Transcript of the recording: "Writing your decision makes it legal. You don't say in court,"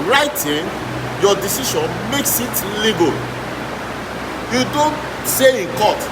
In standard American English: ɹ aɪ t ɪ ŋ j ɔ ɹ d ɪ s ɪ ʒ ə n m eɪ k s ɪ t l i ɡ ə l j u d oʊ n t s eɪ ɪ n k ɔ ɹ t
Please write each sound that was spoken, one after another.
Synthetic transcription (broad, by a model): ɹ aɪ t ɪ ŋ j ɔ d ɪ s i ʃ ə n m eɪ k s ɪ t l i ɡ ə l j u d oʊ n t s eɪ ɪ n k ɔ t